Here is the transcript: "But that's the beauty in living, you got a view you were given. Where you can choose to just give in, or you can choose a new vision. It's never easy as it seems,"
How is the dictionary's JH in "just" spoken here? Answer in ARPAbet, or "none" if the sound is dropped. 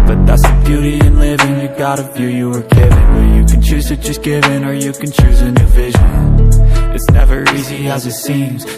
CH